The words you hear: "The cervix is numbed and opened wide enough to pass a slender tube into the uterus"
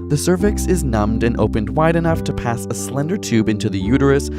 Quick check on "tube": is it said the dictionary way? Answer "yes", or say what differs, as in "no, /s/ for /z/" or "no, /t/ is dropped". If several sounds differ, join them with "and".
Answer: yes